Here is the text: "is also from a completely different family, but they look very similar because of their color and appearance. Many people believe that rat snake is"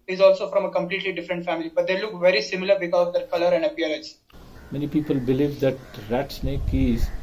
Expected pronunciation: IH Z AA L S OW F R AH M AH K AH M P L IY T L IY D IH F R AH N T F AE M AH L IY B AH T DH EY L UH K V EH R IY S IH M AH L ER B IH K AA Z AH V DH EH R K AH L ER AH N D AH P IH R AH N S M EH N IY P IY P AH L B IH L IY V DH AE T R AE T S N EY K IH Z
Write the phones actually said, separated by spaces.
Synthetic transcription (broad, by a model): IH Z AA L S OW F R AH M AH K AH M P L IY T L IY D IH F R AH N T F AE M AH L IY B AH T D EY L UH K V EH R IY S IH M AH L ER B IH K AA Z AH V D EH R K AH L ER AH N D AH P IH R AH S M EH N IY P IY P AH L B IH L IY V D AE T R AE T S N EY K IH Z